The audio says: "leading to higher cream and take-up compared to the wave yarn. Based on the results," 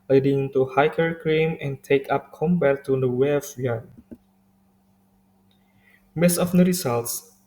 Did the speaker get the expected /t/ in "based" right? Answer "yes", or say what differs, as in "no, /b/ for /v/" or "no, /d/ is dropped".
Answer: no, /t/ is dropped